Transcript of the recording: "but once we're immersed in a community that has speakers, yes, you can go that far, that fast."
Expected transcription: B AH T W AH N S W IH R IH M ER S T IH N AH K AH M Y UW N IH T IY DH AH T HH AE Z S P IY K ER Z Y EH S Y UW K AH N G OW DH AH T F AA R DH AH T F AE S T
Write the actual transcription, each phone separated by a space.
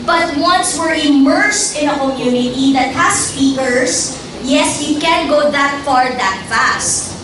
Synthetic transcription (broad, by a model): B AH T W AH N S W IH R IH M ER S T IH N AH K AH M Y UW N IH T IY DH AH T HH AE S P IY K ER S Y EH S Y UW K AH N G OW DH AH T F AA R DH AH T F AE S T